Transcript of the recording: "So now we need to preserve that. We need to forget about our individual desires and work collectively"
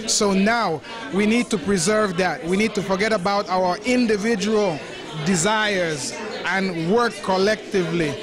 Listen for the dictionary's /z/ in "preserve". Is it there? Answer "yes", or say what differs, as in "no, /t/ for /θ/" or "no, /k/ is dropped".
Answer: yes